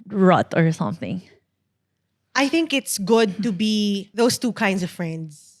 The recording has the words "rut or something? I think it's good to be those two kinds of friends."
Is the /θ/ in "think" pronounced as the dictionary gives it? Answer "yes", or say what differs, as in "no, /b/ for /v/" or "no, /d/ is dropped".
yes